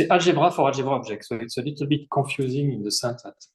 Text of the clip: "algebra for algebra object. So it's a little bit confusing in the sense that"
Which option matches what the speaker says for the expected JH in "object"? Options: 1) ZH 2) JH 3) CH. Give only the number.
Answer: 1